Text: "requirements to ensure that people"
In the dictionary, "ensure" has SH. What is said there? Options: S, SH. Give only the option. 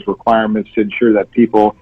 SH